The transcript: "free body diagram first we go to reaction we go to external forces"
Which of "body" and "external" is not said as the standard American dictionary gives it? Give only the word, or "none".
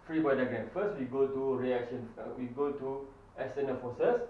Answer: external